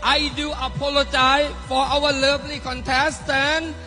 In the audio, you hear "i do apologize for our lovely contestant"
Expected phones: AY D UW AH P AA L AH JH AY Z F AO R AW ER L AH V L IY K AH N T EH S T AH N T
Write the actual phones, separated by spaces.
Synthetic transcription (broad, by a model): AY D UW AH P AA L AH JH AY F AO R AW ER L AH B L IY K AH N T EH S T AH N